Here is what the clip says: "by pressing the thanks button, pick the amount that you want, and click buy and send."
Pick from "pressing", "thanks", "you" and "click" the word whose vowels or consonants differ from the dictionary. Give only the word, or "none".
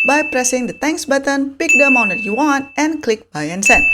thanks